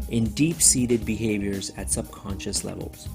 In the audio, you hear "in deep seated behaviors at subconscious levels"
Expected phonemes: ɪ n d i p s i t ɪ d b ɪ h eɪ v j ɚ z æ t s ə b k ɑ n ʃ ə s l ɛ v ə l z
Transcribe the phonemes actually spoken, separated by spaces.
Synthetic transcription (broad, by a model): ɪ n d i p s i t ɪ d b ɪ h eɪ v j ɚ z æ t s ə b k ɑ n ʃ ə s l ɛ v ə l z